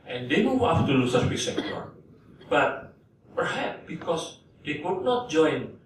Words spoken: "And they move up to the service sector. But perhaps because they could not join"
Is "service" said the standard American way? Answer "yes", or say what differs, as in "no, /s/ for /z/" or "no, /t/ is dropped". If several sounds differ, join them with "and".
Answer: no, /w/ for /v/